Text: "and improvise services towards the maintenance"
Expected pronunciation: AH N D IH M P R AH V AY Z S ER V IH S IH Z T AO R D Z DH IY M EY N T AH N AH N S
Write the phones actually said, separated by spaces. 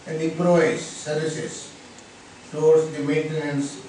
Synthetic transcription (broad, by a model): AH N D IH P R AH IH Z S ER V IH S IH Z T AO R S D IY M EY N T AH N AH N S